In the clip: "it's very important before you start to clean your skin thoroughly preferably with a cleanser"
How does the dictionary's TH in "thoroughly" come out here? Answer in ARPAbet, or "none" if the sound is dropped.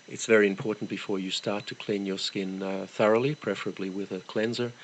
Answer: TH